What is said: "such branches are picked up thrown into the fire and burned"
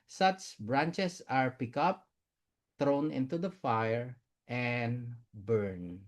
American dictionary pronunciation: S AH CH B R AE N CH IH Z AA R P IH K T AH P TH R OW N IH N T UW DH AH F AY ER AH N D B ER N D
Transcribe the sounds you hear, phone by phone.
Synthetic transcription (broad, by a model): S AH CH B R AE N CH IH S AA R P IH K AH P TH R OW N IH N T UW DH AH F AY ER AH N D B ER N